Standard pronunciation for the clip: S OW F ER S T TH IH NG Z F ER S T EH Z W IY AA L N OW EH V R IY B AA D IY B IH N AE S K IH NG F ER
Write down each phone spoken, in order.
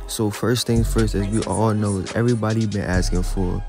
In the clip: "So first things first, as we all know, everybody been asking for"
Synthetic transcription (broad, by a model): S OW F ER S T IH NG F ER S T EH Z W IY AA L N OW EH V R IY B AA D IY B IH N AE S K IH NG F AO